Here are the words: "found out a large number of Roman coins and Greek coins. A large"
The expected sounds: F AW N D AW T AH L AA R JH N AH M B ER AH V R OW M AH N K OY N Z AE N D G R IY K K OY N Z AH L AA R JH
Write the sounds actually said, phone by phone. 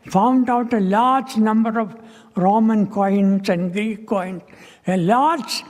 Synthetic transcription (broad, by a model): F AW N D AW T AH L AA R JH N AH M B ER AH V R OW M AH N K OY N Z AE N D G IY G K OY N S AH L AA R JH